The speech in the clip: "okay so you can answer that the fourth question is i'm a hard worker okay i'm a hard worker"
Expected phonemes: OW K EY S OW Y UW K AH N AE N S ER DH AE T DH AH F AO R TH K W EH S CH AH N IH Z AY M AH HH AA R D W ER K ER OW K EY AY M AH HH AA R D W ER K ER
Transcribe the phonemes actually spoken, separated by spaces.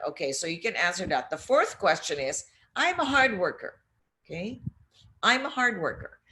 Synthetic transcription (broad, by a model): OW K EY S OW Y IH K AH N AE N S ER DH AE T DH AH F AO R TH K W EH S CH AH N IH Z AY M AH HH AA R D W ER K ER OW K EY AY M AH HH AA R D W ER K ER